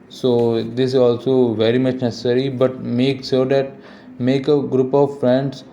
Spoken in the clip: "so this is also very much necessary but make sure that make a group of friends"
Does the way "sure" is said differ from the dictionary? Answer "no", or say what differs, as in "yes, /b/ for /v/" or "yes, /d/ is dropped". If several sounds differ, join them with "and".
yes, /s/ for /ʃ/